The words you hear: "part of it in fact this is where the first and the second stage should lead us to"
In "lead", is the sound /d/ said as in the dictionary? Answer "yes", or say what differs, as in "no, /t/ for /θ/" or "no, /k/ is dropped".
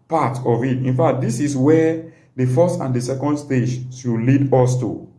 yes